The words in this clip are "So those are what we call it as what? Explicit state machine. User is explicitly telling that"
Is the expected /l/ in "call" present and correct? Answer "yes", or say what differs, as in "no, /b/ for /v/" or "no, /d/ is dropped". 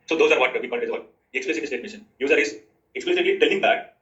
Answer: no, /n/ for /l/